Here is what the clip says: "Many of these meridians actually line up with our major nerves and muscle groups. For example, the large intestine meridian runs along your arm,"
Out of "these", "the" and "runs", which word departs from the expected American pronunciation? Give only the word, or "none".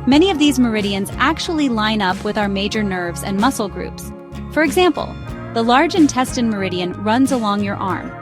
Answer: none